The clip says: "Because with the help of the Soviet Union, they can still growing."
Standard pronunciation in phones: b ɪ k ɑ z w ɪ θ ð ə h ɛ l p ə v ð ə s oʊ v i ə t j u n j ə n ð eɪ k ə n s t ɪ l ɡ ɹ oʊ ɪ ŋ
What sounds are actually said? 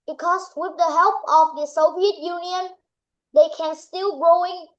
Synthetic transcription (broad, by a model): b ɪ k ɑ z w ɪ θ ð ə h ɛ l p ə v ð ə s oʊ v i ə t j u n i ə n ð eɪ k ə n s t ɪ l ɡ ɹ oʊ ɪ ŋ